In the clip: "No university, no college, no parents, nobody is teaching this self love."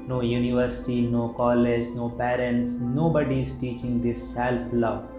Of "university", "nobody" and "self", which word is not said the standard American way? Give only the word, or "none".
none